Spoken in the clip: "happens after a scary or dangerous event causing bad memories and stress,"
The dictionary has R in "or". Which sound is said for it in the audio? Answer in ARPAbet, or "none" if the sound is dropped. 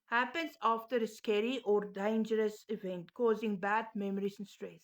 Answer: R